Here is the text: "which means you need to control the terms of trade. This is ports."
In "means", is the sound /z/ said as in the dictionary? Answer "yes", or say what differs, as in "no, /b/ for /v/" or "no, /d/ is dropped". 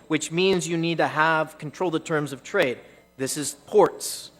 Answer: yes